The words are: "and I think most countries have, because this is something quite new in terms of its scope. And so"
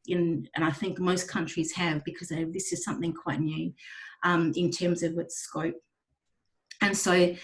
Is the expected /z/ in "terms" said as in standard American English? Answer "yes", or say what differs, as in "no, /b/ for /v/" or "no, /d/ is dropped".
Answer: yes